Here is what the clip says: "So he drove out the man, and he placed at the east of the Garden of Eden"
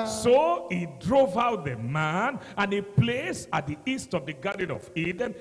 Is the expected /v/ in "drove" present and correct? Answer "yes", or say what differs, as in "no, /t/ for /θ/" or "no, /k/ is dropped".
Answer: yes